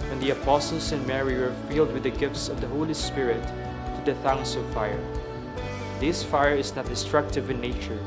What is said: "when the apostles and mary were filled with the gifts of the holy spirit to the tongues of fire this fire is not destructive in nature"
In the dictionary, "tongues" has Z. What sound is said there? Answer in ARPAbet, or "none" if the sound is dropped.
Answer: S